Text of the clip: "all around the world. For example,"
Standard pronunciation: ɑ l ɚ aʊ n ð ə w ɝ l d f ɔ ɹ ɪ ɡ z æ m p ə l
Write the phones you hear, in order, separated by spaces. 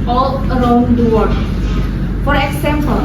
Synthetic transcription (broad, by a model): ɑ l ɚ aʊ n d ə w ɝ d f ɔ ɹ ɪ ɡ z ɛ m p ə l